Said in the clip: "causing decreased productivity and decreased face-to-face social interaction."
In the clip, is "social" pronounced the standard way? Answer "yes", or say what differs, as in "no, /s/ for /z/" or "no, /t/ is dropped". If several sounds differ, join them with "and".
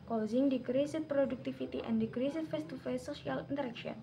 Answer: no, /ʃ/ is dropped